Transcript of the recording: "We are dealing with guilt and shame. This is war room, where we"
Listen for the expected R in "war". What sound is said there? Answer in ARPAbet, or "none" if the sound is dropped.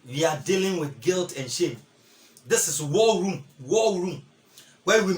L